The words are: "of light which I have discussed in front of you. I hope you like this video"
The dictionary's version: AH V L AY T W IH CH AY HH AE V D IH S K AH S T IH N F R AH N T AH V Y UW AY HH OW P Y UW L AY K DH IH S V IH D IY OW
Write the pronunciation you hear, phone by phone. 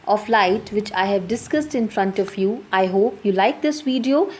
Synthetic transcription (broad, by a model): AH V L AY T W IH CH AY HH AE V D IH S K AH S T IH N F R AH N T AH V Y UW AY HH OW P Y UW L AY K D IH S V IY D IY OW